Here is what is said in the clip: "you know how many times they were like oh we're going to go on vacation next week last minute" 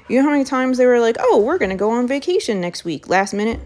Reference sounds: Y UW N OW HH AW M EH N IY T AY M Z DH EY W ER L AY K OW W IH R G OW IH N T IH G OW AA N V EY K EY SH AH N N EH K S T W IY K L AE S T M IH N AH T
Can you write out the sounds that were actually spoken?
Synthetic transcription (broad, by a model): Y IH N OW HH AW M EH N IY T AY M Z DH EY W ER L AY K OW W IH R G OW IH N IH G OW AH N V EY K EY SH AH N N EH K S T W IY K L AE S T M IH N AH T